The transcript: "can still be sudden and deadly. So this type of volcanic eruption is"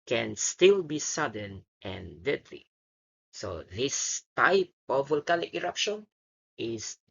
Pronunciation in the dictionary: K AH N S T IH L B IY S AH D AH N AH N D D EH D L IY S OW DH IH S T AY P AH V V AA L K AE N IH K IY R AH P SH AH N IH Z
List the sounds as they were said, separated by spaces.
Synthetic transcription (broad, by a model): K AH N S T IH L B IY S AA D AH N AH N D D EH D L IY S OW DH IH S T AY P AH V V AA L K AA L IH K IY R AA P SH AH N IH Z